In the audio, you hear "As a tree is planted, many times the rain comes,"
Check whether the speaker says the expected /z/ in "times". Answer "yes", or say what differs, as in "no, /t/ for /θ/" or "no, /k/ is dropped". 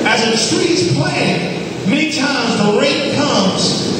yes